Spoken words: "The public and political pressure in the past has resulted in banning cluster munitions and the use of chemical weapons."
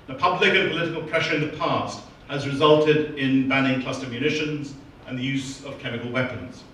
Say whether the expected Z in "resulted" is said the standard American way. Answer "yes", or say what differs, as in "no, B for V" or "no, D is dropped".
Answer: yes